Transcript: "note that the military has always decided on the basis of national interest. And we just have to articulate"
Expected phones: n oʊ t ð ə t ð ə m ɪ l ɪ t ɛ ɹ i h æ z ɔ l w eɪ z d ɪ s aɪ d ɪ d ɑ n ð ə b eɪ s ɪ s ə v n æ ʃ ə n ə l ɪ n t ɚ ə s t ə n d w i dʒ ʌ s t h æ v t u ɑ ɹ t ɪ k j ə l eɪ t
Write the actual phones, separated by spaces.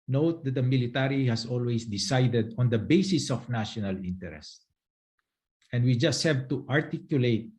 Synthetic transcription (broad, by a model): n oʊ t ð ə t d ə m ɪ l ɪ t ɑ ɹ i h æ s ɔ l w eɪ s d ɪ s aɪ d ɪ d ɑ n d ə b eɪ s ɪ s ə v n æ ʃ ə n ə l ɪ n t ɚ ə s t ə n d w i dʒ ʌ s t h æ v t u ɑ ɹ t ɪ k j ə l eɪ t